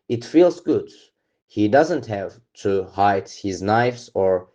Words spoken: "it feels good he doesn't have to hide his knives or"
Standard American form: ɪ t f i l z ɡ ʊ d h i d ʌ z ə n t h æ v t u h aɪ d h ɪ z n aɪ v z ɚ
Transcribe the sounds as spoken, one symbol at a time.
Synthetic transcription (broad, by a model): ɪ t f i l z ɡ ʊ d h i d ʌ z ə n t h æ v t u h aɪ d h ɪ z n aɪ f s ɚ